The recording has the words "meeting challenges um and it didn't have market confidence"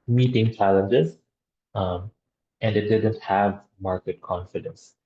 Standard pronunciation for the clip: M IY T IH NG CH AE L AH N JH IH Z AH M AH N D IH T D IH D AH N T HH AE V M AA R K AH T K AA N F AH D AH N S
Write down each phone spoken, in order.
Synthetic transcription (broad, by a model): M IY T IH NG CH AE L AH N JH IH Z AH M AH N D IH T D IH D AH N T HH AE V M AA R K AH T K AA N F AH D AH N S